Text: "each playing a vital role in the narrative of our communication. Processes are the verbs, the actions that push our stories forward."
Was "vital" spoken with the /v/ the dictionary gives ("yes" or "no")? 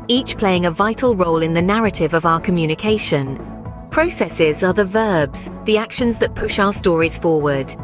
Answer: yes